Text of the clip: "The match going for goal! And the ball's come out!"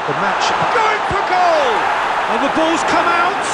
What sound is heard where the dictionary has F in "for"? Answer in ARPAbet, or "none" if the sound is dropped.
P